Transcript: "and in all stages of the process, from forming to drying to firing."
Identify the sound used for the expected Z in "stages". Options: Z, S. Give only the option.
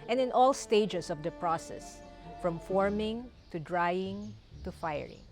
S